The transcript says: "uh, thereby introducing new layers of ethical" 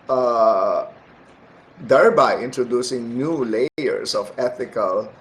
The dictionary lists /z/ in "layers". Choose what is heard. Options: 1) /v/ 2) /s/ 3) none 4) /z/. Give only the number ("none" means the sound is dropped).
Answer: 2